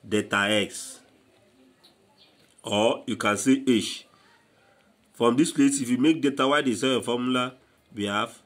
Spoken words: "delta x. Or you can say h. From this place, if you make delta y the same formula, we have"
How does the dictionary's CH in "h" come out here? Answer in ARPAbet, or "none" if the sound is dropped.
SH